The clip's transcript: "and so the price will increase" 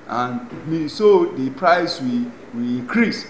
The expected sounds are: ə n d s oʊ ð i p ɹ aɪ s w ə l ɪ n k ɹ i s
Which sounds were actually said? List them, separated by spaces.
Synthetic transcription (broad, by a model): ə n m s oʊ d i p ɹ aɪ s w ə w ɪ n k ɹ i s